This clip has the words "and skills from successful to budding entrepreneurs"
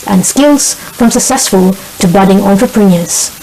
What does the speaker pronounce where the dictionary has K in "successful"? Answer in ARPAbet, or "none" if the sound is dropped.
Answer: K